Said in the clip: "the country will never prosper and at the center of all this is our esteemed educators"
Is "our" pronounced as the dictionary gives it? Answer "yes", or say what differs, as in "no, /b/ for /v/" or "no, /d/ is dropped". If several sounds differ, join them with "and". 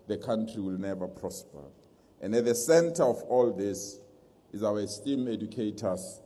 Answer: no, /w/ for /ɹ/